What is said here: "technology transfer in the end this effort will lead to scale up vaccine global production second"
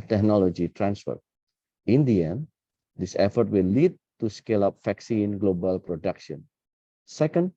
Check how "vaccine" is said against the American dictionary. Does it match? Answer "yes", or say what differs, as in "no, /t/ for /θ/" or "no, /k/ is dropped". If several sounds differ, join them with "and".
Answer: no, /f/ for /v/